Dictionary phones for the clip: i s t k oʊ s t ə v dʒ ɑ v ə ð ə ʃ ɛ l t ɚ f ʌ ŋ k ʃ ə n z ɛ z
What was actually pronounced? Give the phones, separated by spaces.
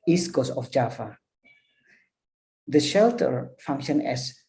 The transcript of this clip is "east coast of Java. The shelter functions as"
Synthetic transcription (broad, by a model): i s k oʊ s ə f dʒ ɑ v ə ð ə ʃ ɛ l t ɚ f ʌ ŋ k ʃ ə n ɛ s